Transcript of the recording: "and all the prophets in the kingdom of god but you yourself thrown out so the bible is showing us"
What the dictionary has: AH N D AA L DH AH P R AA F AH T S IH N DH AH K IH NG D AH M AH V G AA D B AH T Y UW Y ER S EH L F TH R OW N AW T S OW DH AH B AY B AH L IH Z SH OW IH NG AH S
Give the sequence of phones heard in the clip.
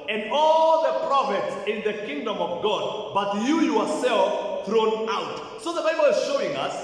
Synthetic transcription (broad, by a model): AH N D AA L DH AH P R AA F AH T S IH N DH AH K IH NG D AH M AH V G AA D B AH T Y UW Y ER S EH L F TH R OW N AW T S OW DH AH B AY B AH L IH Z SH OW IH NG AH S